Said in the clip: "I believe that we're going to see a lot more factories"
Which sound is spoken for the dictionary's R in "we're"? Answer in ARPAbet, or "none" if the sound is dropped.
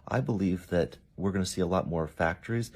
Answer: R